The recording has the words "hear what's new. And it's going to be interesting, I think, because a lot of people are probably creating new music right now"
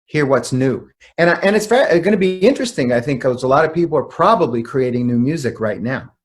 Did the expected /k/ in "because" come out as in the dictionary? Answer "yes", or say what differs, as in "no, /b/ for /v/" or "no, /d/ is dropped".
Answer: no, /k/ is dropped